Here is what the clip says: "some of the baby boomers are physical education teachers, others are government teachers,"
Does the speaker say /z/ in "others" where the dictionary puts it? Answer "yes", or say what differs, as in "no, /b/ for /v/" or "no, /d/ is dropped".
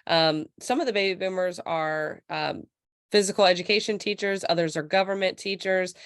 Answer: yes